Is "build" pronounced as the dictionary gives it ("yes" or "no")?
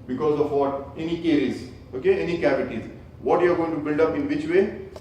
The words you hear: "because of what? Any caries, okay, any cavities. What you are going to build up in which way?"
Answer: yes